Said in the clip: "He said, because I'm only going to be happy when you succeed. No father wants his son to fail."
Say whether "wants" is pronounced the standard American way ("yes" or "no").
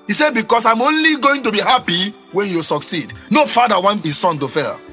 no